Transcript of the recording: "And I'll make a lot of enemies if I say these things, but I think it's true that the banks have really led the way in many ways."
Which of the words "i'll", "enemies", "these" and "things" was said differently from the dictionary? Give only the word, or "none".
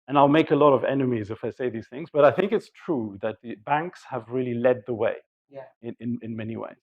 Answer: none